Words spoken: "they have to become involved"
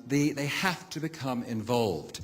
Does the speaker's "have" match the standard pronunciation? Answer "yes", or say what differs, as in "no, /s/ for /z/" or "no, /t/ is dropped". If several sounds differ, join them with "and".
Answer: no, /f/ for /v/